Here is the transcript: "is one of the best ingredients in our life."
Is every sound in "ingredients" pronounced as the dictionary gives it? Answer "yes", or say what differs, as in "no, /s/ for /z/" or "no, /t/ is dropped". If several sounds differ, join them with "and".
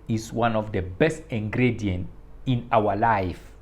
no, /s/ is dropped